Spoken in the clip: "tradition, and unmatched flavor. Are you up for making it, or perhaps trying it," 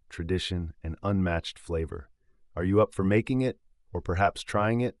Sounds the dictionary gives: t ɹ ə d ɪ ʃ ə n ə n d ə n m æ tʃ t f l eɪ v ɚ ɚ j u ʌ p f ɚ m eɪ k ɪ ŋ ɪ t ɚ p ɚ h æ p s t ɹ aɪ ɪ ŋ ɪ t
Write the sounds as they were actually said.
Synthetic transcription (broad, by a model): t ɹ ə d ɪ ʃ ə n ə n ə n m æ tʃ t f l eɪ v ɚ ɚ j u ʌ p f ɚ m eɪ k ɪ ŋ ɪ t ɚ p ɚ h æ p s t ɹ aɪ ɪ ŋ ɪ t